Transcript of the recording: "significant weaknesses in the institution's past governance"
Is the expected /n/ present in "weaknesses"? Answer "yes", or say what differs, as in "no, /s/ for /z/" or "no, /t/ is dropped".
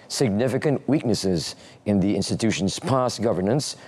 yes